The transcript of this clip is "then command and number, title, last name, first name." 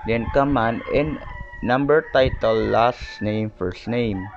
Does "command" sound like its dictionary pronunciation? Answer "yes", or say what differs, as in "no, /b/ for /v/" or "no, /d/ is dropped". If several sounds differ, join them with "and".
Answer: no, /d/ is dropped